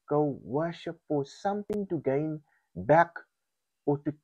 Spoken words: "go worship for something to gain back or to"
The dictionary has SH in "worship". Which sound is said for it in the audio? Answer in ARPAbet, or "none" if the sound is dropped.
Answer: SH